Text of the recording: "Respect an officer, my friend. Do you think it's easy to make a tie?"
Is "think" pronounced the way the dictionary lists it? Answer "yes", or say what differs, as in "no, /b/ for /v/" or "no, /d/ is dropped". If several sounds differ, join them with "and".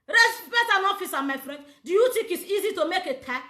no, /t/ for /θ/